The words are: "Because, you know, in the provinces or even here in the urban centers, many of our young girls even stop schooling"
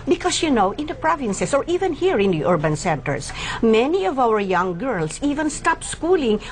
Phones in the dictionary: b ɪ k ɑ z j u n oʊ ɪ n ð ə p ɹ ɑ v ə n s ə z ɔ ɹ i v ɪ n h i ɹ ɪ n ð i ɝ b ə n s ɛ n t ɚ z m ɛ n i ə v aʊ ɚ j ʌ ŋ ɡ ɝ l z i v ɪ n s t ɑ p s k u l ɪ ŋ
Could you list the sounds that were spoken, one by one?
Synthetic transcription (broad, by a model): b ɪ k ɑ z j u n oʊ ɪ n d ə p ɹ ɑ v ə n s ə s ɔ ɹ i v ɪ n h i ɹ ɪ n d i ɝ b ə n s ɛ n t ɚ s m ɛ n i ə v aʊ ɚ j ʌ ŋ ɡ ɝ l s i v ɪ n s t ɑ p s k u l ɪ ŋ